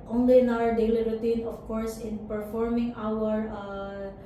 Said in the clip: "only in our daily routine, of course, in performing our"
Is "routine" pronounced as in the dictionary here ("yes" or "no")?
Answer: yes